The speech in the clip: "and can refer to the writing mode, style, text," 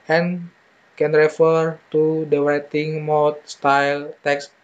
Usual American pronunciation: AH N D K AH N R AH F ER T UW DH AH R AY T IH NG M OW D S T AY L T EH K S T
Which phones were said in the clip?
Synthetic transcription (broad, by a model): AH N K AH N R AH F ER T UW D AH W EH T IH NG M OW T S T AY L T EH K S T